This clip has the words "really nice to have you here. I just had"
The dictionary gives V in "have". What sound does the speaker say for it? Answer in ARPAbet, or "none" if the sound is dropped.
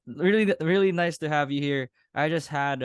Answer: V